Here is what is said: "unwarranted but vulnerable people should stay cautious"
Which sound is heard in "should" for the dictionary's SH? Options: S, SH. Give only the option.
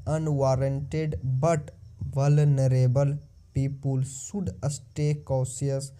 S